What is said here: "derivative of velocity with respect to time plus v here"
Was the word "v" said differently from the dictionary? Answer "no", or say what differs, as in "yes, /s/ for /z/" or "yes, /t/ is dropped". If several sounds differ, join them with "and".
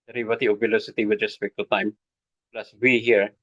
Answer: yes, /w/ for /v/